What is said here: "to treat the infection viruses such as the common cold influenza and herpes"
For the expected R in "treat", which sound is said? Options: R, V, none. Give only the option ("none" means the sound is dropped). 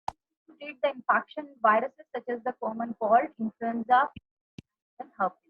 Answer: none